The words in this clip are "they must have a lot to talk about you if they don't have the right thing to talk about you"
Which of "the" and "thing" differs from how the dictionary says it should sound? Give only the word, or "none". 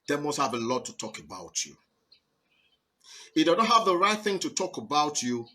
none